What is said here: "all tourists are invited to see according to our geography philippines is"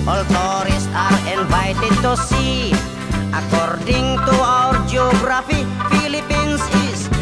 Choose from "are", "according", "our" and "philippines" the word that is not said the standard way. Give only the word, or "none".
philippines